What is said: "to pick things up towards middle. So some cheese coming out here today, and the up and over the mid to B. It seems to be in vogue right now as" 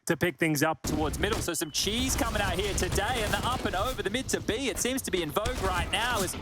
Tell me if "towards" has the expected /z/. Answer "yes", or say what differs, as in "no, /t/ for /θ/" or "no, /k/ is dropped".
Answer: yes